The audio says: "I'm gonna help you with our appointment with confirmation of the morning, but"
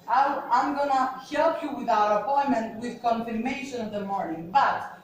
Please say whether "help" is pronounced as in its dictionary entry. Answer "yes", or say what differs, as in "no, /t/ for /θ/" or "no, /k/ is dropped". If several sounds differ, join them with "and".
yes